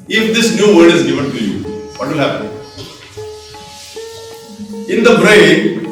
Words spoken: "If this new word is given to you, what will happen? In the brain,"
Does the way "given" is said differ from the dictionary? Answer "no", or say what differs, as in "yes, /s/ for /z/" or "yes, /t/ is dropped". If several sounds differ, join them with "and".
yes, /f/ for /v/